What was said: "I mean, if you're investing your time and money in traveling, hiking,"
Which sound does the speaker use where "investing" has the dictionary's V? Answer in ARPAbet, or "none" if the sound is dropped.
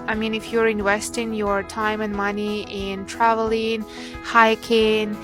W